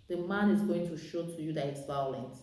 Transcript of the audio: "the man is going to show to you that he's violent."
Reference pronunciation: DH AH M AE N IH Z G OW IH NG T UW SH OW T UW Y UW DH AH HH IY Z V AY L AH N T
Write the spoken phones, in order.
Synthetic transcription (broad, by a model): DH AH M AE N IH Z G OW IH NG T UW SH OW T UW Y UW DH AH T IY S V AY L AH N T